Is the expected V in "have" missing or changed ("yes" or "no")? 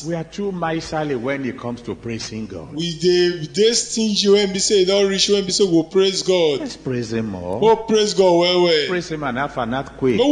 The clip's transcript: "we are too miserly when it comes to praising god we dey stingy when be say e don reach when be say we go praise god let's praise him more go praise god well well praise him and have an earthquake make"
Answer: yes